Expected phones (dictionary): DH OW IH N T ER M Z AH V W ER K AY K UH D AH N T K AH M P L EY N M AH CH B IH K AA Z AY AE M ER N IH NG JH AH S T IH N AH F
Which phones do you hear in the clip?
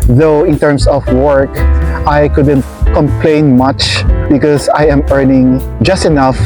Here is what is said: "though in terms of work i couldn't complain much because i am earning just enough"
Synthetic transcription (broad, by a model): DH OW IH N T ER M S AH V W ER K AY K UH D AH N T K AH M P L EY N M AH CH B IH K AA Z AY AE M ER N IH NG JH AH S T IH N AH F